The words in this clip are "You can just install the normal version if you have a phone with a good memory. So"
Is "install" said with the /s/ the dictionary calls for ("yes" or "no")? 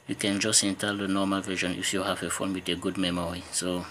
no